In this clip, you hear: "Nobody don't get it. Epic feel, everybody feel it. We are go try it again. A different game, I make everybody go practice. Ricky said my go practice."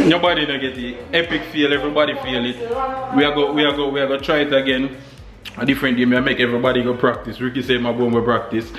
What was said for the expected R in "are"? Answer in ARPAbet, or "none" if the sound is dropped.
W